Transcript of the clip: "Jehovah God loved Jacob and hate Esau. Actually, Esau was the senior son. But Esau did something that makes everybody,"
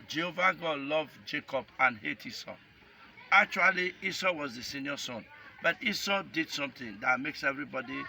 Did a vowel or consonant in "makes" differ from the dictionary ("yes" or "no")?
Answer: no